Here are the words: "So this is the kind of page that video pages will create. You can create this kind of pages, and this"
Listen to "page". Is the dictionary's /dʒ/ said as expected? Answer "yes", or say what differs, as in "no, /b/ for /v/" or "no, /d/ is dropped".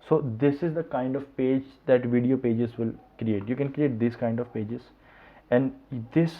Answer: yes